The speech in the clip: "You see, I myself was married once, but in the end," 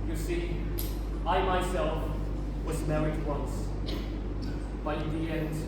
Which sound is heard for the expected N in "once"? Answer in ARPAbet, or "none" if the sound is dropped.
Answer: N